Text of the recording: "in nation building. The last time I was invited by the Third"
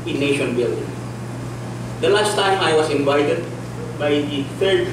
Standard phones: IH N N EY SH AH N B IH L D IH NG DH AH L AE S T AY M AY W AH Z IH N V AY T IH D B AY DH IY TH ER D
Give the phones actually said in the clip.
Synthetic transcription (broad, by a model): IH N N EY SH AH N B IH L D IH NG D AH L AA S T AY M AY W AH S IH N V AY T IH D B AY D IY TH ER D